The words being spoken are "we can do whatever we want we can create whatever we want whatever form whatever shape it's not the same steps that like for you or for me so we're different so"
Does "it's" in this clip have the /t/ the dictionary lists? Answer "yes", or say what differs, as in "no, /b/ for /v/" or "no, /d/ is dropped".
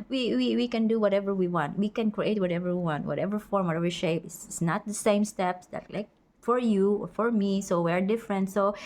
no, /s/ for /t/